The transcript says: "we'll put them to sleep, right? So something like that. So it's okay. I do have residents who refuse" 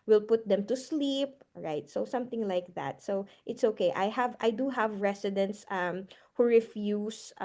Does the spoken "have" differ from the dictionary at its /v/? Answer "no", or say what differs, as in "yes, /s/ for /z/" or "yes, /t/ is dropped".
no